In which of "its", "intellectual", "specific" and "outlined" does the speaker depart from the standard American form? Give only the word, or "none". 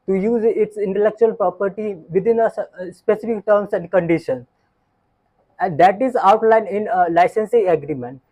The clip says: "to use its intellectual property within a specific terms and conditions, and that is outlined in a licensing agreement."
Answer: outlined